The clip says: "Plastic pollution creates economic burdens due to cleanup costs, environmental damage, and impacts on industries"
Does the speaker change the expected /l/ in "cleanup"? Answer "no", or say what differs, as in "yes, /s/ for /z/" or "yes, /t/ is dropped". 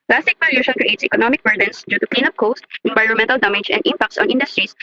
no